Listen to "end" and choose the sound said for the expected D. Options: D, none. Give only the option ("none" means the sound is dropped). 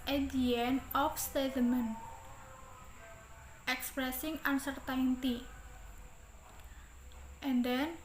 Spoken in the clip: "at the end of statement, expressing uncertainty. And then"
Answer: none